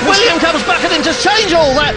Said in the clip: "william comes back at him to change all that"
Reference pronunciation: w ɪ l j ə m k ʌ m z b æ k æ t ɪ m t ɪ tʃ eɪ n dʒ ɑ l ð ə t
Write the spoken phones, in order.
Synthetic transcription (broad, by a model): w ɪ l j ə m k ʌ m z b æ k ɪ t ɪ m t ɪ tʃ eɪ n dʒ ɑ l ð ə t